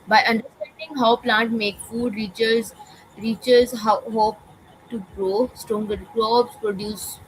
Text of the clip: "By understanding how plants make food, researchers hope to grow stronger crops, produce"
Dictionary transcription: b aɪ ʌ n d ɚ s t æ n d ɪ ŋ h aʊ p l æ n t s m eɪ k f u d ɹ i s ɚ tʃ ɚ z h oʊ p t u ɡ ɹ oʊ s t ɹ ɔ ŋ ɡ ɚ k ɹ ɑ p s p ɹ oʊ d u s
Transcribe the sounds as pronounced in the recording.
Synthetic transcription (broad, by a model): b aɪ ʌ n d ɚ s t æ n d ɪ ŋ h aʊ p l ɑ n t m eɪ k f u d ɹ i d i tʃ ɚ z h oʊ p t u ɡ ɹ oʊ s t ɹ ɔ ŋ ɡ ɚ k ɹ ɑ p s p ɹ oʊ d u s